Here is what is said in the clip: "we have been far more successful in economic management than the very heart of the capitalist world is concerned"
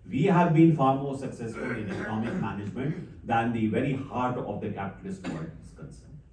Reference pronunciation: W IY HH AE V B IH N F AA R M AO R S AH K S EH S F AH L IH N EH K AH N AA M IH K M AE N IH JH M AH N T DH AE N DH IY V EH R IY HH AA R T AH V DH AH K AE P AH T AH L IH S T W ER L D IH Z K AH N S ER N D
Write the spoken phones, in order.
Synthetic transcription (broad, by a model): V IY HH AE V B IH N F AA R M AO R S AH K S EH S F AH L IH N EH K AH N AA M IH K M AE N IH JH M AH N T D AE N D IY V EH R IY HH AA R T AH V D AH K AE P AH T AH L IH S T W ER D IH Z K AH N S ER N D